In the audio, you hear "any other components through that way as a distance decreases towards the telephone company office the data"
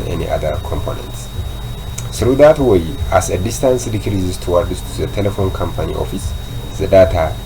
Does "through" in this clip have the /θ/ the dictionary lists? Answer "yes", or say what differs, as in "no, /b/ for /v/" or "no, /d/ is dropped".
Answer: no, /s/ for /θ/